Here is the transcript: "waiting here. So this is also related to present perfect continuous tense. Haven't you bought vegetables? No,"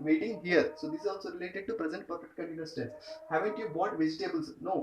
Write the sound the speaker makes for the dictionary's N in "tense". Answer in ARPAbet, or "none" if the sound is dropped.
none